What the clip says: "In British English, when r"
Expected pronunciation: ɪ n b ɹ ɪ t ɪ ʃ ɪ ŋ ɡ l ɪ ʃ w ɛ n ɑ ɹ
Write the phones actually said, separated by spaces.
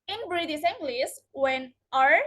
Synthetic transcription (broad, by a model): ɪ n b ɹ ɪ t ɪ s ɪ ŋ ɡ l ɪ s w ɛ n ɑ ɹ